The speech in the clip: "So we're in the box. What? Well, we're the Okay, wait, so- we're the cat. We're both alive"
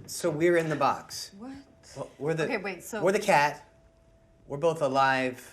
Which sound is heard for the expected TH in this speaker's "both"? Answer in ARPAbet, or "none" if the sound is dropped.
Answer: TH